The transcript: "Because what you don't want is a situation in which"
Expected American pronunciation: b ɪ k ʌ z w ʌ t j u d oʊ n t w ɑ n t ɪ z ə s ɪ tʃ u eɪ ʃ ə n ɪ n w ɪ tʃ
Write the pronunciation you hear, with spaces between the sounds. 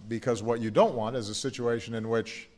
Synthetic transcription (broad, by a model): b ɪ k ʌ z w ʌ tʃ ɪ d oʊ n t w ɑ n t ɪ z ə s ɪ tʃ u eɪ ʃ ə n ɪ n w ɪ tʃ